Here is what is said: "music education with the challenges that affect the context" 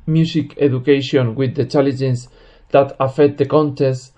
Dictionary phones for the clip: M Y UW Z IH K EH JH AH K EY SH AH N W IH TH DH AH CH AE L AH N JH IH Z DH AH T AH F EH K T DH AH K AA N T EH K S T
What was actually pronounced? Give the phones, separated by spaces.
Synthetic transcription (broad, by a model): M Y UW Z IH K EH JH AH K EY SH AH N W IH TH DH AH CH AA L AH JH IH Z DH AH T AH F EH K T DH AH K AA N T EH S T